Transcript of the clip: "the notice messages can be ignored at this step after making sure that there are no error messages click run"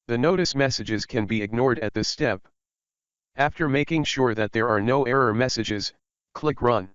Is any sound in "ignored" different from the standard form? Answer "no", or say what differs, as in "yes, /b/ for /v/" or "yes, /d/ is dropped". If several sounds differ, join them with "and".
no